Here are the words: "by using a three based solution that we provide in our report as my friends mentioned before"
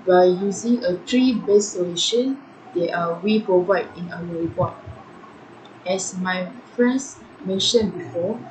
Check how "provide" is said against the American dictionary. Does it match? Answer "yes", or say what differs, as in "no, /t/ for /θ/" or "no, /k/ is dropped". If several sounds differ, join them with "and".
yes